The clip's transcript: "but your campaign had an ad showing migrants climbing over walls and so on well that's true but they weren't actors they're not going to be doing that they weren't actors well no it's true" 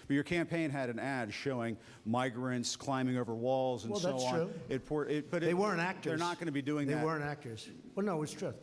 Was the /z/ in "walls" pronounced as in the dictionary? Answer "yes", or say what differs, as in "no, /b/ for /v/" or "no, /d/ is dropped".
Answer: yes